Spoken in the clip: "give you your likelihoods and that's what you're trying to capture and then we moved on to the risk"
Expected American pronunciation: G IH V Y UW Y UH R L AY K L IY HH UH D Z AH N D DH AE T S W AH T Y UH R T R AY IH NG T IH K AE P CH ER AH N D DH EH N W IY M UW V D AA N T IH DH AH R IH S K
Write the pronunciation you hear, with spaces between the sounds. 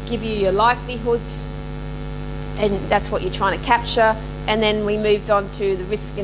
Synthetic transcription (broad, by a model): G IH V Y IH Y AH R L AY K L IY HH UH D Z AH N DH AE T S W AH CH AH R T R AY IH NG T IH K AE P CH ER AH N DH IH N W IY M UW V D N T IH DH AH R IH S K